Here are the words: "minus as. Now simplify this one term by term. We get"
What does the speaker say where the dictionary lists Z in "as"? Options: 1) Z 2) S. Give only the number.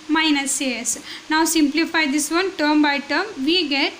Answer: 2